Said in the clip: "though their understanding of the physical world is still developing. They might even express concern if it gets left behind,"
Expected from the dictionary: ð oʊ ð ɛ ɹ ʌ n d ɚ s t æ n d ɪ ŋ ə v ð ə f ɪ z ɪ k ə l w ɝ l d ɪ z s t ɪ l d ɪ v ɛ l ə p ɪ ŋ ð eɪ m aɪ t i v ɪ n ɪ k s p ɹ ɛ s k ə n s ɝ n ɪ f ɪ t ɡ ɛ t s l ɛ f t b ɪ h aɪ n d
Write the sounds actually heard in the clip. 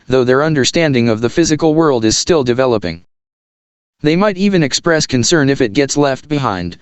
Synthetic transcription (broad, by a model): ð oʊ ð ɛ ɹ ʌ n d ɚ s t æ n d ɪ ŋ ə v ð ə f ɪ z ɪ k l w ɝ l d ɪ z s t ɪ l d ɪ v ɛ l ə p ɪ ŋ ð eɪ m aɪ t i v ɪ n ɪ k s p ɹ ɛ s k ə n s ɝ n ɪ f ɪ t ɡ ɛ t s l ɛ f t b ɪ h aɪ n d